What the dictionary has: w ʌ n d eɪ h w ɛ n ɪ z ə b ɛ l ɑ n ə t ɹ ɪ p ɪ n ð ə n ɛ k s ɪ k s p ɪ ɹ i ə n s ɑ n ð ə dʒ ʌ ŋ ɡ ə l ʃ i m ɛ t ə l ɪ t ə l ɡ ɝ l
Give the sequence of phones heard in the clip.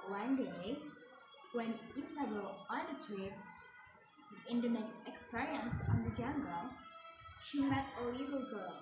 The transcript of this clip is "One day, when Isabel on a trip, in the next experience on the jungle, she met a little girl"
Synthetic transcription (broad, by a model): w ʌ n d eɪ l w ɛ n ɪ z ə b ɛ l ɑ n ə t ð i ɪ n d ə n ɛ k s ɪ k s p ɪ ɹ i ə n s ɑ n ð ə dʒ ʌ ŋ ɡ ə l ʃ i m ɛ t ə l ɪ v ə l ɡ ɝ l